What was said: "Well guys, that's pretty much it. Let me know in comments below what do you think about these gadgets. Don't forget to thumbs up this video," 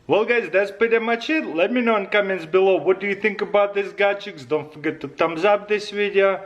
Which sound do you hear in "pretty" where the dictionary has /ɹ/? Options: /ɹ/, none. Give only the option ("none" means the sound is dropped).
none